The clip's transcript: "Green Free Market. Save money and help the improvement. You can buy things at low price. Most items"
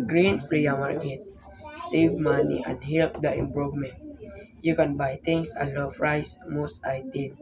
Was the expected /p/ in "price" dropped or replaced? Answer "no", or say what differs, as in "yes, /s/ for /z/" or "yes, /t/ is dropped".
yes, /f/ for /p/